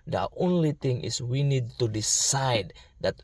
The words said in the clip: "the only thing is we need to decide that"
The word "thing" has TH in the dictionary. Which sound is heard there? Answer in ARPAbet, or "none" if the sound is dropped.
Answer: T